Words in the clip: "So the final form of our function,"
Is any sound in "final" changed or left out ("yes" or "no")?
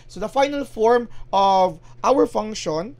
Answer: no